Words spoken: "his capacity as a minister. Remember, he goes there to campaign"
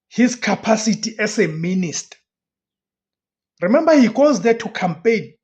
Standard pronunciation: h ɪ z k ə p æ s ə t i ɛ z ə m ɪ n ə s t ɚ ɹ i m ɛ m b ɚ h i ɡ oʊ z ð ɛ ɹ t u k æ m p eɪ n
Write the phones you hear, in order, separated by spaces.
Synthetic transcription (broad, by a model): h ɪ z k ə p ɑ s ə t i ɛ s ə m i n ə s t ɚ ɹ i m ɛ m b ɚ h i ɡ oʊ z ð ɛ t u k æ m p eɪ n